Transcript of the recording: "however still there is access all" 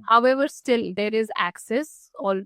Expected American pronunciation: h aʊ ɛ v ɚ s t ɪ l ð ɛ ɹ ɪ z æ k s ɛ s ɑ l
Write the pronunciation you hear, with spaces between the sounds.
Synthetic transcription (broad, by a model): h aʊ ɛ v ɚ s t ɪ l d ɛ ɹ ɪ z æ k s ɛ s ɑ l